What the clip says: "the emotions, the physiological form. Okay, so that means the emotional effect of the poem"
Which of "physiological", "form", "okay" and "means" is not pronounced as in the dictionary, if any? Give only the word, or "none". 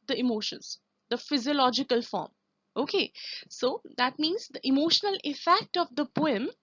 none